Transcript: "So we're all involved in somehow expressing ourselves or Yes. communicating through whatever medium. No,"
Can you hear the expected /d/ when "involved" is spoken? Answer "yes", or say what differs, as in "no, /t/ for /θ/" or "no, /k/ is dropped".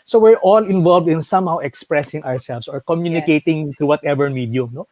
yes